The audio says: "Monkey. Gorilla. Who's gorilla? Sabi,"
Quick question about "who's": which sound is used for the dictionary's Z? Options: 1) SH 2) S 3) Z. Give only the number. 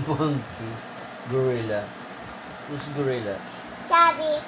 2